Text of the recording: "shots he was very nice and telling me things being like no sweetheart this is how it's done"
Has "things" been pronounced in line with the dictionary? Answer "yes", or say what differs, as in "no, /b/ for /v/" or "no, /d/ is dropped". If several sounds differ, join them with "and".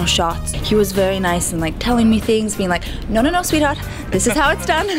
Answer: yes